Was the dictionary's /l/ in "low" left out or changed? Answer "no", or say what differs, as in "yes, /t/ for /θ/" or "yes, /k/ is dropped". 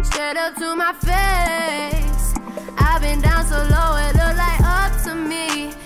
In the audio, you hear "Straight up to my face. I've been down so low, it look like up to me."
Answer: no